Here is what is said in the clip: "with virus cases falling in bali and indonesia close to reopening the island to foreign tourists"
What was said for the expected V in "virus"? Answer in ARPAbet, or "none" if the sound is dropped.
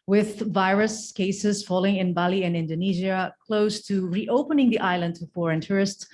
V